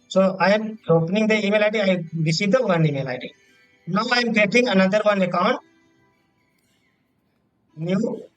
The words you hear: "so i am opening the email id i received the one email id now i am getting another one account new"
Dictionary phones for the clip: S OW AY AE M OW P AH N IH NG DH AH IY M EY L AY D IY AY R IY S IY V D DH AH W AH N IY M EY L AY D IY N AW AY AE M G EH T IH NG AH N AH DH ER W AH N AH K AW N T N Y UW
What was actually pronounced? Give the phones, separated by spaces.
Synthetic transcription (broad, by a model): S OW AY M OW P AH N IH NG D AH IY M EY L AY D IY AY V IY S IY D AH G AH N IY M EY L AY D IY N AW AY M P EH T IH NG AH N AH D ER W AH N AH K AW N T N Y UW